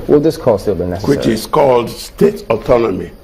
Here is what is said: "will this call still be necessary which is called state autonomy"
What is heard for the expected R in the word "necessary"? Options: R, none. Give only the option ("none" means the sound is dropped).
none